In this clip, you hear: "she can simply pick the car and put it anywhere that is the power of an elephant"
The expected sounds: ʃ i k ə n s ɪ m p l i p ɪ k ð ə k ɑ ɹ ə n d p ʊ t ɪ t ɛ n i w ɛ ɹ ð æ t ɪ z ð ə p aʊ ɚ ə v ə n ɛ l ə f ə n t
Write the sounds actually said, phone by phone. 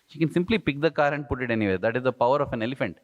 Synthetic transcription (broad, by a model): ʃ i k ə n s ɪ m p l i p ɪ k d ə k ɑ ɹ ə n d p ʊ t ɪ t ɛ n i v ɛ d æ t ɪ z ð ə p aʊ ɚ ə f ə n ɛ l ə f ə n t